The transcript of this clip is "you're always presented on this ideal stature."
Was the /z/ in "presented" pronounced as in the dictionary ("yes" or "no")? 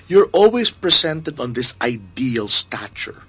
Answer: no